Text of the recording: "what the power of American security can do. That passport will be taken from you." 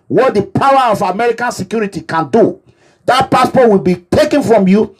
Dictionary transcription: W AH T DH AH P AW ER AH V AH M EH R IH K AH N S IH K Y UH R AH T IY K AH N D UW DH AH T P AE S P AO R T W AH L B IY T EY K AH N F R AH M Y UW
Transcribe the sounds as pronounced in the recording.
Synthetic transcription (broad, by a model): W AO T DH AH P AW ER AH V AH M EH R IH K AH N S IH K Y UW R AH T IY K AH N D UW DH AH T P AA S P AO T W AH L B IY T EY K AH N F R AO M Y UW